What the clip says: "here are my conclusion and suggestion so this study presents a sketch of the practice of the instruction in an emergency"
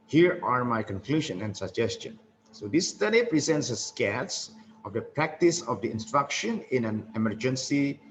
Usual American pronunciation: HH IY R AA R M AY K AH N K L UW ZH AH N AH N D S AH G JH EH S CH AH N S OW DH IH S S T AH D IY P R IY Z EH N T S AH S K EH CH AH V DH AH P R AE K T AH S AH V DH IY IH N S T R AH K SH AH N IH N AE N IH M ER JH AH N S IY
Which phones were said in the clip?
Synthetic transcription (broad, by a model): HH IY R AA R M AY K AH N K L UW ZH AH N AH N D S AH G JH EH S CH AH N S OW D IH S S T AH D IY P R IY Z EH N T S AH S K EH S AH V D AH P R AE K T AH S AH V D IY IH N S T R AH K SH AH N IH N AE N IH M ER JH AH N S IY